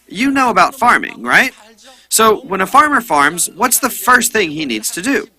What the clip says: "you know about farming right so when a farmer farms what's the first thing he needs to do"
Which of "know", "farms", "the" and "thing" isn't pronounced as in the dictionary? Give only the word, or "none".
none